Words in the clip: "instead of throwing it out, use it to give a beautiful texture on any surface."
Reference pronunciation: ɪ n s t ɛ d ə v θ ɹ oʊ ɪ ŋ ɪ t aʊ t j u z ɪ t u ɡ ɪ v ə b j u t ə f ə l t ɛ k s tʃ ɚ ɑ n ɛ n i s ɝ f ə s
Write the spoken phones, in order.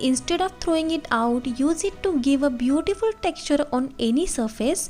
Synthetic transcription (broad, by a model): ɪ n s t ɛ d ə v t ɹ oʊ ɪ ŋ ɪ t aʊ t j u z ɪ t u ɡ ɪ v ə b j u t ə f ə l t ɛ k s tʃ ɚ ɑ n ɛ n i s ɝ f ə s